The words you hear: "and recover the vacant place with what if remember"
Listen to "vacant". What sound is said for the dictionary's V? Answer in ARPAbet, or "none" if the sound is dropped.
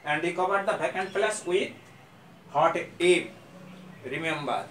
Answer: B